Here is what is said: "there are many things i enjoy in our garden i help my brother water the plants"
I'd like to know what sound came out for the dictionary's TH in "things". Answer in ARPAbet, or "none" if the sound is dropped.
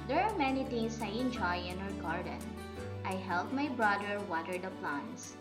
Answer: T